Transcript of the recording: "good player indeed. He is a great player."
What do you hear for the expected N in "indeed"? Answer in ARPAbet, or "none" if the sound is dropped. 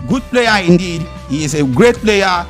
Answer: N